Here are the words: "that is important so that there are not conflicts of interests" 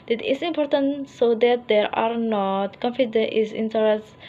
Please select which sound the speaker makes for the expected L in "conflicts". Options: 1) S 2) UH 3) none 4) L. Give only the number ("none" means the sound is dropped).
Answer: 3